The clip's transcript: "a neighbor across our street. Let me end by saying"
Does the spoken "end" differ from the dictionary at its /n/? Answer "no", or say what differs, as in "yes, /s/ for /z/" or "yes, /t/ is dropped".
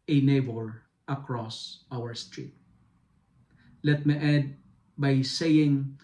yes, /n/ is dropped